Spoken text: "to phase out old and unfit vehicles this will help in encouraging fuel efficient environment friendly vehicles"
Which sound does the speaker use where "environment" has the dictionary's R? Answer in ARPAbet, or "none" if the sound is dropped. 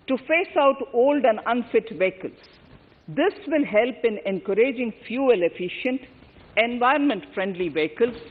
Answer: none